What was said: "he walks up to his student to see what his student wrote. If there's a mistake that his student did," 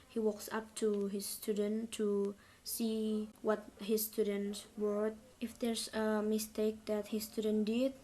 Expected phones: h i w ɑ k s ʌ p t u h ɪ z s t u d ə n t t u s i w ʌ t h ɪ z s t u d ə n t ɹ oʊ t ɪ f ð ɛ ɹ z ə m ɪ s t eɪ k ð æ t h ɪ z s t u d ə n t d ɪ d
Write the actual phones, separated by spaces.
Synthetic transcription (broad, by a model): h i w ɑ k s ʌ p t u h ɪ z s t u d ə n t t u s i w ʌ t h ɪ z s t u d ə n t w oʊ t ɪ f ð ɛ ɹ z ə m ɪ s t eɪ k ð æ t h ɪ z s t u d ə n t d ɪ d